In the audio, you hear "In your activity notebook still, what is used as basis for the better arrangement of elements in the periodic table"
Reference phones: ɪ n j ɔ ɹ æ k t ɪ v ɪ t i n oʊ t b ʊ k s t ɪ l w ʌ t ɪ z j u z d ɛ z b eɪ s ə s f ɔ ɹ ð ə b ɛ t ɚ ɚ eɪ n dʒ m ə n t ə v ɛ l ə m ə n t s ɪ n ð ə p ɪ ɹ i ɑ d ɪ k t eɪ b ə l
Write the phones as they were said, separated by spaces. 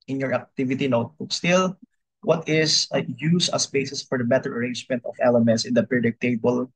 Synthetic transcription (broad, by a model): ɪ n j ɔ ɹ æ k t ɪ v ɪ t i n oʊ t b ʊ k s t ɪ l w ʌ t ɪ s j u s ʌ s b eɪ s ə s f ɔ ɹ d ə b ɛ t ɚ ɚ eɪ n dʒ m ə n t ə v ɛ l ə m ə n t s ɪ n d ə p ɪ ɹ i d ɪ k t eɪ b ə l